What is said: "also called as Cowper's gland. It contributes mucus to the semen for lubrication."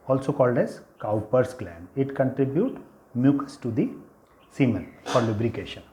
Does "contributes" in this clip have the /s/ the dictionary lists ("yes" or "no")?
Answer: no